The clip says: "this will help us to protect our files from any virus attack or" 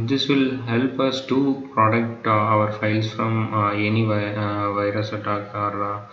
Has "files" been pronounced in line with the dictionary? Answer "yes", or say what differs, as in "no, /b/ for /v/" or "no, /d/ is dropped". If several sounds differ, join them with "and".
no, /s/ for /z/